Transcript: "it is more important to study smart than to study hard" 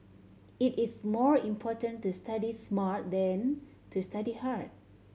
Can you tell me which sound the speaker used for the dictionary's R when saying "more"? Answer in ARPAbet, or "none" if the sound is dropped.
R